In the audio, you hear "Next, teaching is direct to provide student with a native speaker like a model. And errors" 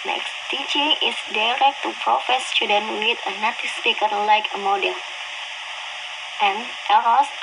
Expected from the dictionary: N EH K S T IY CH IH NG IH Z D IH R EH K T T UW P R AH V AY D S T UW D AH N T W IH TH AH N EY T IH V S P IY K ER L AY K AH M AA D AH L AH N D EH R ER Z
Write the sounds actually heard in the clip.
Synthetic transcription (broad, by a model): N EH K S T IY CH IH NG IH S D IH R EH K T T UW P R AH F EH S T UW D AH N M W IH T AH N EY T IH S P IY K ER L AY K AH M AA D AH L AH N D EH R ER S